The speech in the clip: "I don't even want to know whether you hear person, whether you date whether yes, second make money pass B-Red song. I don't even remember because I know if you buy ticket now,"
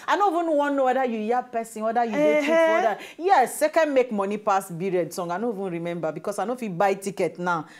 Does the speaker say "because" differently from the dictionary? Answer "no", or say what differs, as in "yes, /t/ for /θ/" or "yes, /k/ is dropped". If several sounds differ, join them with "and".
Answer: yes, /s/ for /z/